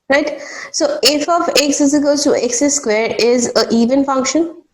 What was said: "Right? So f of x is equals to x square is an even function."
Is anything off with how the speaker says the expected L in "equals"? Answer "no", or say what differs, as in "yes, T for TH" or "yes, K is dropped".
yes, L is dropped